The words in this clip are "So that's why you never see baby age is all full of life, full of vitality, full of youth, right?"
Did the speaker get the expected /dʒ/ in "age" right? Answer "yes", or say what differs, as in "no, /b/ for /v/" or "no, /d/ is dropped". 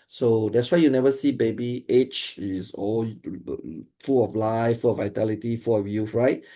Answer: no, /tʃ/ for /dʒ/